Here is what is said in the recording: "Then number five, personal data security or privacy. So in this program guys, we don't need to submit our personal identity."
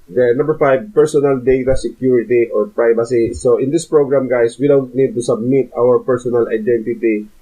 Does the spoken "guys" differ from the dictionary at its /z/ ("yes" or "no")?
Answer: yes